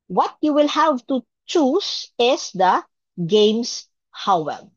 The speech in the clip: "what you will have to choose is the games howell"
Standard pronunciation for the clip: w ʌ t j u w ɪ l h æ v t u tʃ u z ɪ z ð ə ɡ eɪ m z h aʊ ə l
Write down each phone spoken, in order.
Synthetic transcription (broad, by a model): w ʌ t j u w ɪ l h æ v t u tʃ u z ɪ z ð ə ɡ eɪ m s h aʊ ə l